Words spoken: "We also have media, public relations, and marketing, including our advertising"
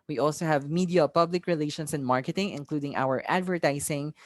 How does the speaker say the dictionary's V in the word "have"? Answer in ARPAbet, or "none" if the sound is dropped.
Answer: V